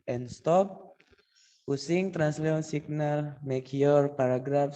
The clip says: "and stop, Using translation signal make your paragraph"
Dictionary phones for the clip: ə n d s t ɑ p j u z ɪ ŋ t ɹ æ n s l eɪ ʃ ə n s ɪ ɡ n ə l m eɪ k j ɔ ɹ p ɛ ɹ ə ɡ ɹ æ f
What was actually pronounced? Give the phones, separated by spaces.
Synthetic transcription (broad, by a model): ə n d s t ɑ p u s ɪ ŋ t ɹ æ n s l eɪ ə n s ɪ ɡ n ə l m eɪ k j ɔ ɹ p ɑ ɹ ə ɡ ɹ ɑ f